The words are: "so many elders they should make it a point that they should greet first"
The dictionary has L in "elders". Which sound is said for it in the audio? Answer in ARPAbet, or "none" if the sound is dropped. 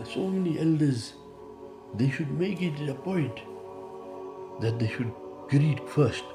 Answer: L